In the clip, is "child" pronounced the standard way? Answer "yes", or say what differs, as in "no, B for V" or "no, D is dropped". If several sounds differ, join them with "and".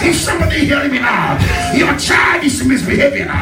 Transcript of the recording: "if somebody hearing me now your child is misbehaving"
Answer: no, L is dropped